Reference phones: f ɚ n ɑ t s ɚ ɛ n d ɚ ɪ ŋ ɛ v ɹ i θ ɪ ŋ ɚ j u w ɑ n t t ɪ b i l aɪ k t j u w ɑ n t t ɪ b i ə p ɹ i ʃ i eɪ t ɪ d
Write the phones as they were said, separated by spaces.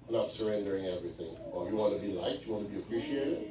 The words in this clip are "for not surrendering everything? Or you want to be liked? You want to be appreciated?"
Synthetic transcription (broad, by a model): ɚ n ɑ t s ɚ ɛ n d ɚ ɪ ŋ ɛ v ɹ i θ ɪ ŋ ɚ j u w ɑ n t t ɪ b i l aɪ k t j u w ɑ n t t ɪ b i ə p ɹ i ʃ i eɪ t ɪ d